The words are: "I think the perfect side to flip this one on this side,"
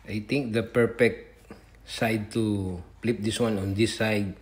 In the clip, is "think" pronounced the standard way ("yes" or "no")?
no